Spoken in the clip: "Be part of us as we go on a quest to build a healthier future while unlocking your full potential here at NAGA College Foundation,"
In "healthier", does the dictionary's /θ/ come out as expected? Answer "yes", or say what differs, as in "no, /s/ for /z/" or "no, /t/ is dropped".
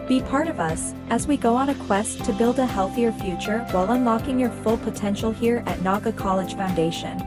yes